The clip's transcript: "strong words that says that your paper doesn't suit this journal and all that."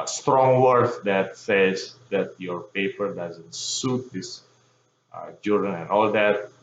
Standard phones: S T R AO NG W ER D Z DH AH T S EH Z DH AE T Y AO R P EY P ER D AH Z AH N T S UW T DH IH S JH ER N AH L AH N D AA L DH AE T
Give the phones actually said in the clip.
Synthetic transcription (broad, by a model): S T R AO NG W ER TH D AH T S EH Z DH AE T Y AO R P EY P ER D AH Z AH N T S UW T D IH S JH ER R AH N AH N AA L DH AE T